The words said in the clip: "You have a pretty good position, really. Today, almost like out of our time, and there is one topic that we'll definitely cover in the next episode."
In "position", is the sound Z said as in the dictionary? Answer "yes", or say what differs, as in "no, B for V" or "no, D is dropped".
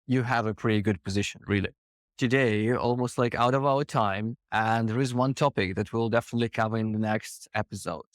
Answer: yes